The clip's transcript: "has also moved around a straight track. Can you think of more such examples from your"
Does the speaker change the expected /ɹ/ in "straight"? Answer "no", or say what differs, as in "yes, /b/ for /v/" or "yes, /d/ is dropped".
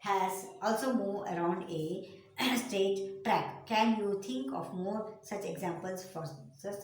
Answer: yes, /ɹ/ is dropped